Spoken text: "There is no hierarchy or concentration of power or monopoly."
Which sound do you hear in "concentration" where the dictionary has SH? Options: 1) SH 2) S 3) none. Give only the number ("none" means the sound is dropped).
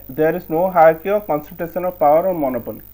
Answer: 2